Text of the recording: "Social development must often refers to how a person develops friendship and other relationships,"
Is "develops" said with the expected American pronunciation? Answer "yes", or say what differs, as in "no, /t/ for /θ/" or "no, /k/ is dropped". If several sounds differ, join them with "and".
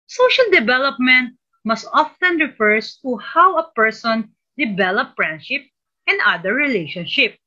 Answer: no, /s/ is dropped